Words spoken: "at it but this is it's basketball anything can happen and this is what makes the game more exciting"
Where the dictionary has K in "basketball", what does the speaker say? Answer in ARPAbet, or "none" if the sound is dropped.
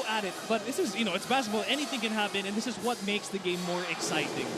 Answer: none